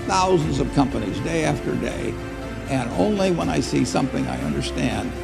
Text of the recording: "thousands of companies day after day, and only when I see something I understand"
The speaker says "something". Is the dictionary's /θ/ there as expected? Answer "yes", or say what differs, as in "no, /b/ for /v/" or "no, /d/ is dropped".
yes